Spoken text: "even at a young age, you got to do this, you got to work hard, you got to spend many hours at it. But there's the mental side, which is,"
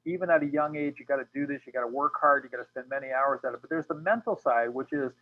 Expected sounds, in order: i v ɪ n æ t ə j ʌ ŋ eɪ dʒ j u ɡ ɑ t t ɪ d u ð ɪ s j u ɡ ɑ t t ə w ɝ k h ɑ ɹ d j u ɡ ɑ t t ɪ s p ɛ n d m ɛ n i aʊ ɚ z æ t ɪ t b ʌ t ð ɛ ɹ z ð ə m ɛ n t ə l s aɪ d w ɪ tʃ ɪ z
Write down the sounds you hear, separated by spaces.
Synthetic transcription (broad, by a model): i v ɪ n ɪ t ə j ʌ ŋ eɪ dʒ j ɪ ɡ ɑ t t ɪ d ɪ ð ɪ s j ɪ ɡ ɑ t t ə w ɝ k h ɑ ɹ d j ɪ ɡ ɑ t t ɪ s p ɛ n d m ɛ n i aʊ ɚ z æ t ɪ t b ʌ t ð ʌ ɹ z ð ə m ɛ n t l s aɪ d w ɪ tʃ ɪ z